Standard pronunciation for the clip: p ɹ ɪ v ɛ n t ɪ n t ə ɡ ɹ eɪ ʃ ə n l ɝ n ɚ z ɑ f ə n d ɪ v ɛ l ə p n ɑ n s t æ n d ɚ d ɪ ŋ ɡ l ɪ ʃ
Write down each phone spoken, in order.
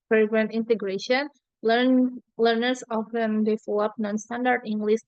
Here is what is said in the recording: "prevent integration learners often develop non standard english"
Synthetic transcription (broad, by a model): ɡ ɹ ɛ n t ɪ n t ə ɡ ɹ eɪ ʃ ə n l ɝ n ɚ s ɑ f ə n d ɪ f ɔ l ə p n ɑ n s t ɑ n d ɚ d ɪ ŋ ɡ l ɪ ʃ